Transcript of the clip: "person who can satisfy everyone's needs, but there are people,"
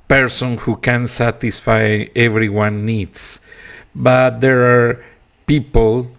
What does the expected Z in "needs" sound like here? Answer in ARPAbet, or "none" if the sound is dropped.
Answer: S